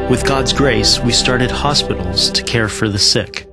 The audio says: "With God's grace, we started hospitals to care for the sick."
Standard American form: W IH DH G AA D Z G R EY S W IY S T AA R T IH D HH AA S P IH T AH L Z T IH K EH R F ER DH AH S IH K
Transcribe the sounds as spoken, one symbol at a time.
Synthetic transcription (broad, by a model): W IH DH G AA D Z G R EY S W IY S T AA R T IH D HH AA S P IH T L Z T IH K EH R F ER DH AH S IH K